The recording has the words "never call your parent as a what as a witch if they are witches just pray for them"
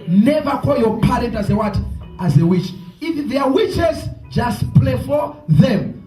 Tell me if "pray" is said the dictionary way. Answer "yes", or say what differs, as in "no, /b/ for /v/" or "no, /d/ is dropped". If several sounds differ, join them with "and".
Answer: no, /l/ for /ɹ/